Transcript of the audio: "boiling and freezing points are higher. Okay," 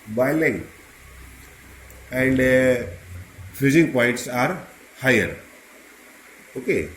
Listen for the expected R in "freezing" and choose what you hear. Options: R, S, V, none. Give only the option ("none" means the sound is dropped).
none